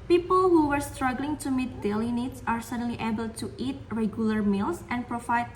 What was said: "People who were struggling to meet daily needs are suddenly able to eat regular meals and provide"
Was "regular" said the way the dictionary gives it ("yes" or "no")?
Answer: yes